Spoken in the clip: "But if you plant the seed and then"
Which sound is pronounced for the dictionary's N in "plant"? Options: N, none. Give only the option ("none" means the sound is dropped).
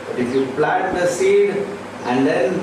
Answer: none